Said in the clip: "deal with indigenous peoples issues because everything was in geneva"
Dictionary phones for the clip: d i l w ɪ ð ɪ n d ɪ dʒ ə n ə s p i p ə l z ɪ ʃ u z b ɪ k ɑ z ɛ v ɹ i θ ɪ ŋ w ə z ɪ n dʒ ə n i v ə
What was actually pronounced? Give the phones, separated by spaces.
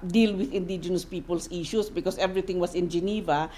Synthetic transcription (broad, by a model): d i l w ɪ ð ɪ n d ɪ dʒ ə n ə s p i p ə l s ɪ ʃ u s b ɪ k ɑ s ɛ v ɹ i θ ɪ ŋ w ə s ɪ n dʒ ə n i v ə